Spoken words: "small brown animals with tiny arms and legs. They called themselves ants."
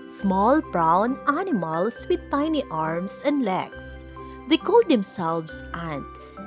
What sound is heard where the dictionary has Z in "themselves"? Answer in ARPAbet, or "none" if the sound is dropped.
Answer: S